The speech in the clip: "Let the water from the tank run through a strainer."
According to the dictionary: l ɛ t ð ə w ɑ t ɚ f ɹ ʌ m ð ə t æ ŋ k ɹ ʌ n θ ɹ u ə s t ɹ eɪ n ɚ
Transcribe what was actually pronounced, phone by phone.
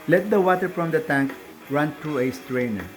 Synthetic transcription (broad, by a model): l ɛ t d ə w ɑ t ɚ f ɹ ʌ m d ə t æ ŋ k ɹ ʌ n t ɹ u ə s t ɹ eɪ n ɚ